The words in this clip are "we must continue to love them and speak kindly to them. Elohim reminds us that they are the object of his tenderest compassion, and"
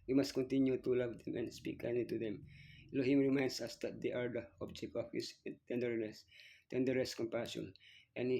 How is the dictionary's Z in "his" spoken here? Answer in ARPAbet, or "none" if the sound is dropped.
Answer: S